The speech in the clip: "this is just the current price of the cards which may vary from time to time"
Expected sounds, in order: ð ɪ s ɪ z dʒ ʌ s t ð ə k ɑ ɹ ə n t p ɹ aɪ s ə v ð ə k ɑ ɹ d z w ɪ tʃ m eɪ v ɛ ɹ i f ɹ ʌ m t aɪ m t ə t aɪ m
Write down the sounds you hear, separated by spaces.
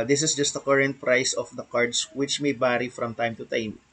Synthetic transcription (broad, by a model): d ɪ s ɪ s dʒ ʌ s t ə k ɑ ɹ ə n t p ɹ aɪ s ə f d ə k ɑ ɹ d s w ɪ tʃ m eɪ b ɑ ɹ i f ɹ ʌ m t aɪ m t ə t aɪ m